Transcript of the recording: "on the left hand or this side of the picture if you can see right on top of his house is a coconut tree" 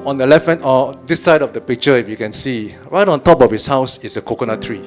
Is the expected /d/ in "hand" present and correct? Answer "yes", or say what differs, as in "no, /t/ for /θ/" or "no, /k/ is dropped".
no, /d/ is dropped